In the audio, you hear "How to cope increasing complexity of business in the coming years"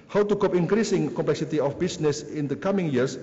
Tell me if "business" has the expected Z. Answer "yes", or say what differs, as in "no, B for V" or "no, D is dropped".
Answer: no, S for Z